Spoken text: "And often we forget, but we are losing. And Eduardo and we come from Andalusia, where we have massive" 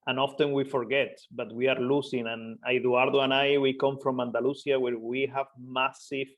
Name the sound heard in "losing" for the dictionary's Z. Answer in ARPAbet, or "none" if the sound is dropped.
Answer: S